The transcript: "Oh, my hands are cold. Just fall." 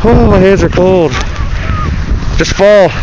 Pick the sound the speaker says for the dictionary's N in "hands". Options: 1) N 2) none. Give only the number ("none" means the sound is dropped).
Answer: 2